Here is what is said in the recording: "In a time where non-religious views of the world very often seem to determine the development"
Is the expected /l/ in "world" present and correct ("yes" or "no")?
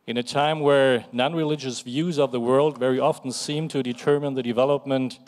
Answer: yes